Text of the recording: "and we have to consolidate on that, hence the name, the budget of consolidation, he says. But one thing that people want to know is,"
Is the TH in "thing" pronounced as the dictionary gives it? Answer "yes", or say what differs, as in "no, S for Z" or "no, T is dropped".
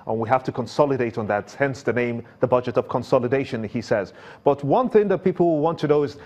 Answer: yes